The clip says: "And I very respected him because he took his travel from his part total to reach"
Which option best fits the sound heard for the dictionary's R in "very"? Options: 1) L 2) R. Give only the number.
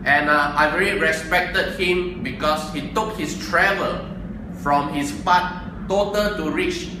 1